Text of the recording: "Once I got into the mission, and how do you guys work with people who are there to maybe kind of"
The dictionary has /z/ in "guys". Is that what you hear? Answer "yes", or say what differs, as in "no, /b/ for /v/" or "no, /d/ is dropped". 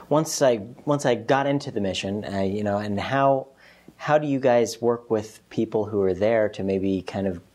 yes